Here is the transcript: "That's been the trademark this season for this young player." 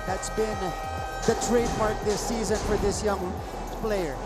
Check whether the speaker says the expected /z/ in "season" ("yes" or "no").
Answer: yes